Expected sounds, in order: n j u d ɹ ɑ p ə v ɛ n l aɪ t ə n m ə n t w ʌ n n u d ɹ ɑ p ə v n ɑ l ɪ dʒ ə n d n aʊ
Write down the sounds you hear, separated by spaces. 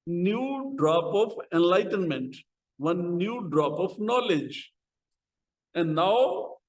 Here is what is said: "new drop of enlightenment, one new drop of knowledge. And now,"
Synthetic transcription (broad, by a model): n j u d ɹ ɑ p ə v ɛ n l aɪ t ə n m ə n t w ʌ n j u d ɹ ɑ p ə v n ɑ l ɪ dʒ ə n d n aʊ